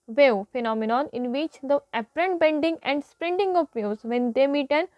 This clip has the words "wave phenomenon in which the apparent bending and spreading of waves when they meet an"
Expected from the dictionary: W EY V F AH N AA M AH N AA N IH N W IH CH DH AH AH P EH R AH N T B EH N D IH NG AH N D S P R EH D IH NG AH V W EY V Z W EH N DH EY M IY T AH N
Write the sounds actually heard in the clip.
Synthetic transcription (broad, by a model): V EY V F AH N AA M AH N AA N IH N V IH CH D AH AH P R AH N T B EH N D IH NG AH N D S P R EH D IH NG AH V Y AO Z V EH N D EY M IY T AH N